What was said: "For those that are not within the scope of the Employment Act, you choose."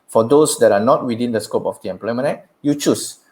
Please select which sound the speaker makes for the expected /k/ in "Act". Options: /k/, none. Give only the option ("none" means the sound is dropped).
none